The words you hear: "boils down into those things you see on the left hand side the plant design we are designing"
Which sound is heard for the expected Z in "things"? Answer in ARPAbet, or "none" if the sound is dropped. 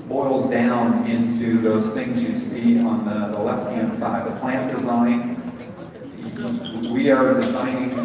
Z